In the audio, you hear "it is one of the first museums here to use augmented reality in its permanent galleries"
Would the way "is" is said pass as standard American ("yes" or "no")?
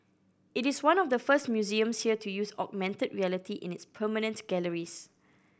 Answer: no